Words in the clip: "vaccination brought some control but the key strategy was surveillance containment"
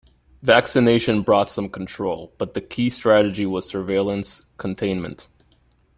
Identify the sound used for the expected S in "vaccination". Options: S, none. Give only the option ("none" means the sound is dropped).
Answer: S